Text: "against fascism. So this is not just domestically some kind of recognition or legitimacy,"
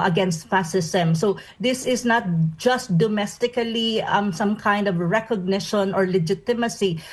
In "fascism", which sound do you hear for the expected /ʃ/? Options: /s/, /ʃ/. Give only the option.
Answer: /s/